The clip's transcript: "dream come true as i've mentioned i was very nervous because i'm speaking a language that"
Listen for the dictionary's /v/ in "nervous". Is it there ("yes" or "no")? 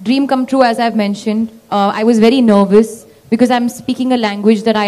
yes